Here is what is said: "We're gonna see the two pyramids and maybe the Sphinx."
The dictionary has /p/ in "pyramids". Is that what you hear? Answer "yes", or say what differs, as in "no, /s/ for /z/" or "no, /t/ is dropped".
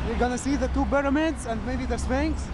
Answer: no, /b/ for /p/